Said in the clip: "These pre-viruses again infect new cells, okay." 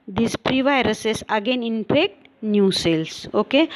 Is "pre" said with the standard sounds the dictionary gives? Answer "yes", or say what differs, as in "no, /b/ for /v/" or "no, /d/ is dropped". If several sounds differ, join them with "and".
yes